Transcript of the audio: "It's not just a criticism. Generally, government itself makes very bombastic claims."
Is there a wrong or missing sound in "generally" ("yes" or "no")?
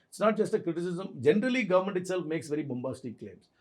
no